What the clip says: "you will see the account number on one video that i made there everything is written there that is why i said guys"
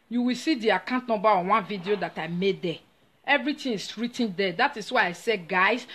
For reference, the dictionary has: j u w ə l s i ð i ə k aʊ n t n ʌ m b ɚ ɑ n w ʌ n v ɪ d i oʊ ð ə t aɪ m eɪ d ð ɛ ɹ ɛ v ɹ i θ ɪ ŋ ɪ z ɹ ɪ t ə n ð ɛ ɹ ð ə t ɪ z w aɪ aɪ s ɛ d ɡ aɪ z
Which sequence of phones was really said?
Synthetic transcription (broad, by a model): j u w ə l s i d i ə k aʊ n t n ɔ m b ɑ ɑ n w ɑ n v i d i oʊ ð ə t aɪ m eɪ d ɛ ɛ v ɹ i t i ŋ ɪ s ɹ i t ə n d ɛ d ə t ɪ s w aɪ aɪ s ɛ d ɡ aɪ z